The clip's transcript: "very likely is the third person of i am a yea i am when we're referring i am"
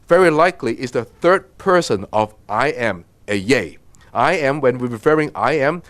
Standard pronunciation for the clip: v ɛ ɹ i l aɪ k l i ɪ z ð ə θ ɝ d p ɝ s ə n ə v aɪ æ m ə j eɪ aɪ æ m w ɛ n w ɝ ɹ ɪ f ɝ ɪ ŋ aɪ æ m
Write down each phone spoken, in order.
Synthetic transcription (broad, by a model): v ɛ ɹ i l aɪ k l i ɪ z ð ə θ ɝ d p ɝ s ə n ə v aɪ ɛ m ə j eɪ aɪ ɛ m w ɛ n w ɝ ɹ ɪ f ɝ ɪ ŋ aɪ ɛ m